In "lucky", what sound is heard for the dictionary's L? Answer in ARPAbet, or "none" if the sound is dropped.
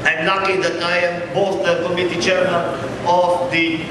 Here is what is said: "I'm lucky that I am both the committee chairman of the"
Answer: N